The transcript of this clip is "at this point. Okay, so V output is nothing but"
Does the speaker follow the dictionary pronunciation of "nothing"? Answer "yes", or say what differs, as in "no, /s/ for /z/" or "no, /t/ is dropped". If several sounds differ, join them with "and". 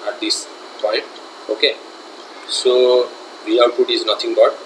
no, /t/ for /θ/